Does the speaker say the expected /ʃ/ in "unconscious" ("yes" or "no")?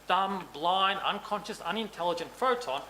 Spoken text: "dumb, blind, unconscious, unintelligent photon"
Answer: yes